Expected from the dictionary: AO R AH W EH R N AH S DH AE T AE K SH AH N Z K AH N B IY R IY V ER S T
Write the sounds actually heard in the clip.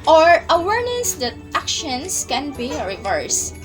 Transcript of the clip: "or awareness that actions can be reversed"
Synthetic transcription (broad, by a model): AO R AH W EH R N AH S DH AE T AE K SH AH N S K AH N B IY R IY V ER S